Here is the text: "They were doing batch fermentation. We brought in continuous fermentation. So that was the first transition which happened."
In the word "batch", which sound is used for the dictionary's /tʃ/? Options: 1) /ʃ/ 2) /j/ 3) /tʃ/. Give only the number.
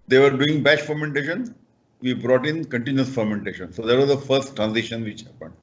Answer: 1